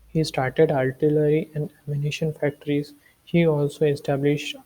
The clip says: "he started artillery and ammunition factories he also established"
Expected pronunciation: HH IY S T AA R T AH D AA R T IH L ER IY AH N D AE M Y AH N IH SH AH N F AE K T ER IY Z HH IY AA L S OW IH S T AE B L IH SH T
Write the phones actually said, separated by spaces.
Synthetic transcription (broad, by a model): HH IY S T AA R T AH D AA L T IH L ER IY AH N D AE M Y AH N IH SH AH N F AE K T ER IY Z HH IY AA L S OW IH S T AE B L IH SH T